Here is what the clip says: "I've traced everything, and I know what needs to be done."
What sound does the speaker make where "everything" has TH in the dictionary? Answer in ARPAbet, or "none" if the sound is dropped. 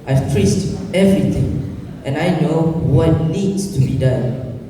T